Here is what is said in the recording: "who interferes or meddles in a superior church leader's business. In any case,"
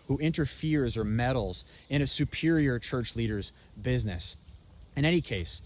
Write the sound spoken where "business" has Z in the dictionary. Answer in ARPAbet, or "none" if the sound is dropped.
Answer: Z